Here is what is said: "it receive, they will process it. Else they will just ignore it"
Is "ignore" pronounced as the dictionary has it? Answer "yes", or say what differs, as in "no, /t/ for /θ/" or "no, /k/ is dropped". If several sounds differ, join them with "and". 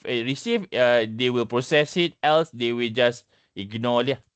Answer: no, /l/ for /ɹ/